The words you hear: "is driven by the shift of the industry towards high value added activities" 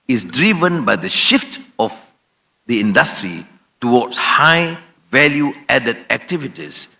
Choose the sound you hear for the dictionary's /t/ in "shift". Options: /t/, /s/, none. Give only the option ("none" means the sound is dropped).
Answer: /t/